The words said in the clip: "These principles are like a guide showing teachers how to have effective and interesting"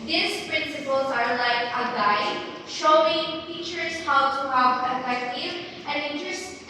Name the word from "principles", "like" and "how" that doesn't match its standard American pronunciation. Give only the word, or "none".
none